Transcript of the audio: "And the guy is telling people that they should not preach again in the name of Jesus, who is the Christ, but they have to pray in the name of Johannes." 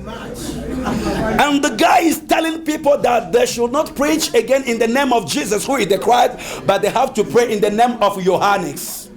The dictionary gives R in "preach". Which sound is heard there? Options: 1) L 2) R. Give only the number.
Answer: 2